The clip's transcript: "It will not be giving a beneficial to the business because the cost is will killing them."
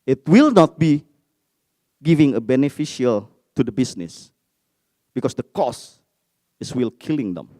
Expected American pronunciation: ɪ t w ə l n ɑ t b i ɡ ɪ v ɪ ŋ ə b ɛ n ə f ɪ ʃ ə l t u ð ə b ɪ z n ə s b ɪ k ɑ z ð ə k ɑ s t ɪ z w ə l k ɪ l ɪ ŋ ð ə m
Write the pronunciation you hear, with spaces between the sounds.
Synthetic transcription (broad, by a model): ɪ t w ə l n ɑ t b i ɡ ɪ v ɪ ŋ ə b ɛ n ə f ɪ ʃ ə l t u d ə b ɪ s n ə s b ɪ k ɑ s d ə k ɑ s ɪ s w ə l k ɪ l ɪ ŋ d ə m